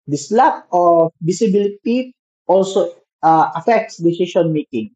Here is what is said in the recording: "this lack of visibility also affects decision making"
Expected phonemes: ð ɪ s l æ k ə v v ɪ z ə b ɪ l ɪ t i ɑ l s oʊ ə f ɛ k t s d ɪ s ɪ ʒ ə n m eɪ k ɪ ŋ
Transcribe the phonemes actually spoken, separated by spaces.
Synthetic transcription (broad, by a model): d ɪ s l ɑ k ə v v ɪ s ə b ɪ l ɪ t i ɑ l s oʊ ə f ɛ k t s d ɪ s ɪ s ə n m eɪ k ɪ ŋ